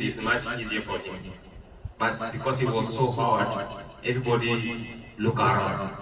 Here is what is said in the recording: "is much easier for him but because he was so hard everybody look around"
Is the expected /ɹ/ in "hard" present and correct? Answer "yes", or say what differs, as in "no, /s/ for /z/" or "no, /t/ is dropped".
no, /w/ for /ɹ/